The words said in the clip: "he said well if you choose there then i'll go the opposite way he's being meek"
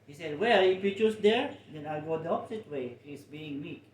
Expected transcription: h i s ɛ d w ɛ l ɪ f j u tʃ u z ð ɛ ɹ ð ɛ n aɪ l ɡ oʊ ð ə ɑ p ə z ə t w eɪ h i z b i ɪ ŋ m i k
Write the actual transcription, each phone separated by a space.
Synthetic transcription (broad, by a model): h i s ɛ d w ɛ l ɪ f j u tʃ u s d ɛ ɹ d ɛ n aɪ l ɡ oʊ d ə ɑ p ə s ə t w eɪ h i s b i ɪ ŋ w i k